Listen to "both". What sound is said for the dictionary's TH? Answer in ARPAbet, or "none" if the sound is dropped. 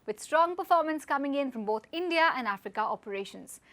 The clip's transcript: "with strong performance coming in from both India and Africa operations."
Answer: T